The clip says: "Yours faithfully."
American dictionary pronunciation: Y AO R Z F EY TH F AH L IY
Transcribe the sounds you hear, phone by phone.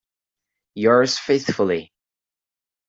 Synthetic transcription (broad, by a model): Y AO R Z F EY TH F AH L IY